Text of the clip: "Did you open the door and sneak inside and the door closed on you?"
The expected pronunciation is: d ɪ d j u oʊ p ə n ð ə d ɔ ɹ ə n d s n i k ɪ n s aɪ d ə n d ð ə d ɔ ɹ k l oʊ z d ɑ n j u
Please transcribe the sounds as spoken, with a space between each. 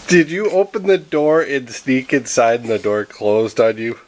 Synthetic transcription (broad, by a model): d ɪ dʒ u oʊ p ə n ð ə d ɔ ɹ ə n s n i k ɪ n s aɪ ə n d ð ə d ɔ ɹ k l oʊ z d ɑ n j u